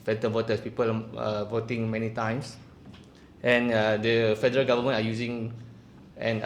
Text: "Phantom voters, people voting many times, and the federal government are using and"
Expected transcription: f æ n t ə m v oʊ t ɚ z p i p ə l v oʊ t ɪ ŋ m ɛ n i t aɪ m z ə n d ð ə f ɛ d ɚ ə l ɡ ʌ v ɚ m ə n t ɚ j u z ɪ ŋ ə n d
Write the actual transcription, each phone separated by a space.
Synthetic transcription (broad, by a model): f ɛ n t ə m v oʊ t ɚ s p i p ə l v oʊ t ɪ ŋ m ɛ n i t aɪ m s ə n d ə f ɛ d ɚ ə l ɡ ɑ v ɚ m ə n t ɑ j u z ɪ ŋ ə n